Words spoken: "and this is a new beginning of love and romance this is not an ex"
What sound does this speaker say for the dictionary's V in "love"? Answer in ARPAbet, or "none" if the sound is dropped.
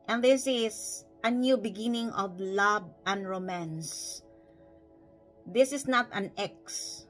B